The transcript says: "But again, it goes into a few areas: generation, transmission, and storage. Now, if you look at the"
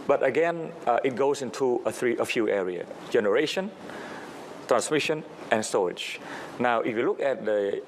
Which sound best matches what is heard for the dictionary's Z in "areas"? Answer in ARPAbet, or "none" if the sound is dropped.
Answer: none